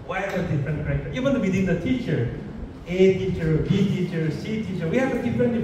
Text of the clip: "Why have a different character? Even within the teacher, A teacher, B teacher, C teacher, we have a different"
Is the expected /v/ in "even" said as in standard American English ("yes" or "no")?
no